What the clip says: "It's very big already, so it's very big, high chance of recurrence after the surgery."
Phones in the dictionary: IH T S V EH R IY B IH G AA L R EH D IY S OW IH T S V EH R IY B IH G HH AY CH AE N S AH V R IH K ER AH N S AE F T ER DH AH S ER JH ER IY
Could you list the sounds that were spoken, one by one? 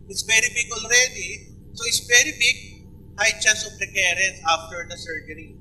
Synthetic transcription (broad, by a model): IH T S V EH R IY B IH G AA L R EH D IY S OW IH T S V EH R IY B IH G HH AY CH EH S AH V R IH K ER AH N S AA F T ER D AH S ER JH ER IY